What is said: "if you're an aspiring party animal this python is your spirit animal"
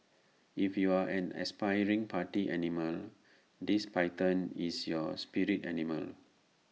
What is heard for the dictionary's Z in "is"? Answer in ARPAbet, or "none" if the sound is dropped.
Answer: S